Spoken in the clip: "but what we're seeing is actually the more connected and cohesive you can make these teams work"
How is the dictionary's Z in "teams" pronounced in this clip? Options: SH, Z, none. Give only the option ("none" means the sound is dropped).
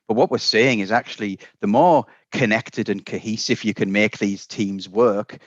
Z